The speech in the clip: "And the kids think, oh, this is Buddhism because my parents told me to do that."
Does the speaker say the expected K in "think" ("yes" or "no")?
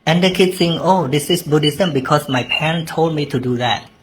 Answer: no